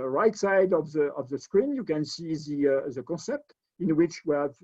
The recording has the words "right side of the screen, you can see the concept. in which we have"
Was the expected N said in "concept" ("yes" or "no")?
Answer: no